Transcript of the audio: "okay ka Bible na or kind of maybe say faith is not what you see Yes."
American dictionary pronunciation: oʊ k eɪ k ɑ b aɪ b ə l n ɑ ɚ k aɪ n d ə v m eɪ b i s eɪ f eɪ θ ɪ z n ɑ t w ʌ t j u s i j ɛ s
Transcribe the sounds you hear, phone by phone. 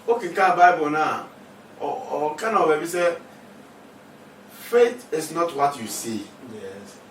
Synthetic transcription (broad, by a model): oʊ k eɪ k ɑ b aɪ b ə n ɑ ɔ k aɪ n ə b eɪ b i s eɪ f eɪ t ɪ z n ɑ t w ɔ t j u s i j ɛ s